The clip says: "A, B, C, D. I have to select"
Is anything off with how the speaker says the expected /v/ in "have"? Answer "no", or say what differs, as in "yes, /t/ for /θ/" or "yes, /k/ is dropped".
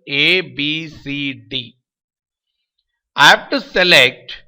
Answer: yes, /f/ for /v/